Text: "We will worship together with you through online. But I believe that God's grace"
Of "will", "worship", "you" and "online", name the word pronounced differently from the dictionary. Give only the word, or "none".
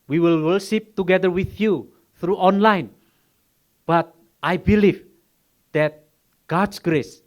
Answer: worship